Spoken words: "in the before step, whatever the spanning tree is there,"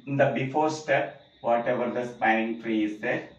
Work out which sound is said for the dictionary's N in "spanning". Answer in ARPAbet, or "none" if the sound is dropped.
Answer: none